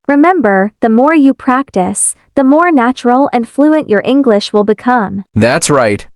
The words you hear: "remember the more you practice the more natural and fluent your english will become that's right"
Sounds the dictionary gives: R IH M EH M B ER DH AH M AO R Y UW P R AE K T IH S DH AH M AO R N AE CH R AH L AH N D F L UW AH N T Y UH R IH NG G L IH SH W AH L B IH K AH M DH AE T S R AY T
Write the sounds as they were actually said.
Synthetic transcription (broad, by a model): R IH M EH M B ER DH AH M AO R Y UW P R AE K T IH S DH AH M AO R N AE CH R L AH N F L UW AH N T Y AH R IH NG G L IH SH W AH L B IH K AH M DH AE T S R AY T